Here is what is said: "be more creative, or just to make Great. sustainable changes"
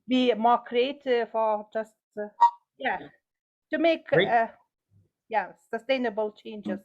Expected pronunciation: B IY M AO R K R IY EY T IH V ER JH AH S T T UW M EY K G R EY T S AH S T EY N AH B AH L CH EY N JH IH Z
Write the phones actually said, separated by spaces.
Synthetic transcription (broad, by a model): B IY M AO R K R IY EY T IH F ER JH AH S T T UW M EY K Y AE S AH S T EY N AH B AH L CH EY N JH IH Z